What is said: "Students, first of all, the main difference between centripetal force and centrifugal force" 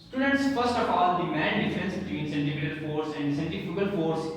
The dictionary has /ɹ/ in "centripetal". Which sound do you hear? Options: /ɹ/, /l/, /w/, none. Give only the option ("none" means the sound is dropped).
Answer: none